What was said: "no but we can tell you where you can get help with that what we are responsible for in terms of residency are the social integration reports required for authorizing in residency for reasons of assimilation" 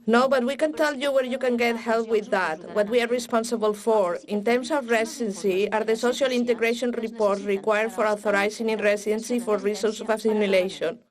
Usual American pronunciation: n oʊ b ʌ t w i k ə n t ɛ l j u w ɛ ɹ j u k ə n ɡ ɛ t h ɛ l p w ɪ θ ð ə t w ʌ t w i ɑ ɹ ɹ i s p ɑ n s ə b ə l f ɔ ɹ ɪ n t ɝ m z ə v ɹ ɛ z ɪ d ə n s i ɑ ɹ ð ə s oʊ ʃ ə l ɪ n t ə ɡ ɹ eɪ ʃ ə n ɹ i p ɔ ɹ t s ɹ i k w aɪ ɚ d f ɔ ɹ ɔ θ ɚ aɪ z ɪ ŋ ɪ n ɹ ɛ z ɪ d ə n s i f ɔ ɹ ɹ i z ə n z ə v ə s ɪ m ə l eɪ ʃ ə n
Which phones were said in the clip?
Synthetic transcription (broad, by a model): n oʊ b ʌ t w i k ə n t ɛ l j u w ɛ ɹ j u k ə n ɡ ɛ t h ɛ l p w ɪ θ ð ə t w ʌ t w i ɑ ɹ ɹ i s p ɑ n s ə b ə l f ɔ ɹ ɪ n t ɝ m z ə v ɹ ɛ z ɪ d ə n s i ɑ ɹ ð ə s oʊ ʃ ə l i n t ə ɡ ɹ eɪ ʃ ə n ɹ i p ɔ ɹ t ɹ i k w aɪ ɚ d f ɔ ɹ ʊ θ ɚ aɪ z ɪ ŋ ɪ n ɹ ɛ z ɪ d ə n s i f ɔ ɹ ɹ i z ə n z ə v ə s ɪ m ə l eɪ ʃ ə n